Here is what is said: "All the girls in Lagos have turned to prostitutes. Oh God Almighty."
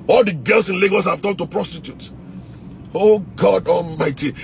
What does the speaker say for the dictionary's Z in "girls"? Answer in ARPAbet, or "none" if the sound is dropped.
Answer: S